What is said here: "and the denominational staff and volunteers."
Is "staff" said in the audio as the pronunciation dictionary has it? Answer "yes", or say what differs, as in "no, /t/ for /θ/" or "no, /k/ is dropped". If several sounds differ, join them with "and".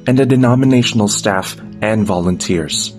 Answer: yes